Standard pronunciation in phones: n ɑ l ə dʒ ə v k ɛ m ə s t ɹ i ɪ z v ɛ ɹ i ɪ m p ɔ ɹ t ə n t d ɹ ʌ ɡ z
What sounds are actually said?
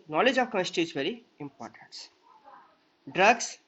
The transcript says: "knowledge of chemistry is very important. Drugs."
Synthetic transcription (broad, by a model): n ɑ l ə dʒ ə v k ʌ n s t i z v ɛ ɹ i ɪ m p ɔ ɹ t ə n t d ɹ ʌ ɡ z